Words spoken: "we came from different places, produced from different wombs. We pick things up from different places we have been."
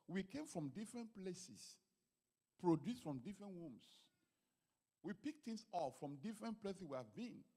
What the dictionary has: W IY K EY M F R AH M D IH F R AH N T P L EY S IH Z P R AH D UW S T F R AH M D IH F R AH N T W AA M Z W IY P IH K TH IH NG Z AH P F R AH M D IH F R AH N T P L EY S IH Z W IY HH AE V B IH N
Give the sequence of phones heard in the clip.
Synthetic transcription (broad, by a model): W IY K EY M F R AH M D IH F R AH N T P L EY S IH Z P R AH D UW S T F R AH M D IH F R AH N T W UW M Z W IY P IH K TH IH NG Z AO F F R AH M D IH F R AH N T P L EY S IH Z W IY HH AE V B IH N